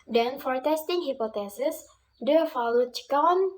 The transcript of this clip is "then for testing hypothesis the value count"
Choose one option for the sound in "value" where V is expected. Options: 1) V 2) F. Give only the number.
2